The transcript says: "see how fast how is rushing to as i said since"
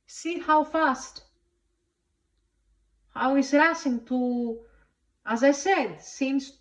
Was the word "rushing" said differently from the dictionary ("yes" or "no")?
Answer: yes